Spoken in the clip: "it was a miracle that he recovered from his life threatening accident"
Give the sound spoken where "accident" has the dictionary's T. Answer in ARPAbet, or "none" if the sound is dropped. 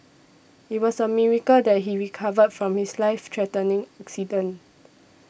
none